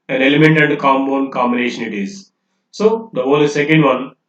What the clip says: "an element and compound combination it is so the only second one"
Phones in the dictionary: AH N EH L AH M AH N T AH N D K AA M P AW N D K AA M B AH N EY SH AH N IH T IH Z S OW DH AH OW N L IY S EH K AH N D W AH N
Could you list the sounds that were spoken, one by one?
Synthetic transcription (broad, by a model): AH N EH L AH M AH N T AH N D K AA M B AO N K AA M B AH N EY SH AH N IH T IH Z S OW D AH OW L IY S EH K AH N D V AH N